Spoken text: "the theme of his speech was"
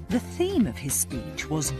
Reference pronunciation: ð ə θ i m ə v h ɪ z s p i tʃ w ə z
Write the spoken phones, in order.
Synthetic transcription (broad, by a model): ð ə θ i m ə v ɪ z s p i tʃ w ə z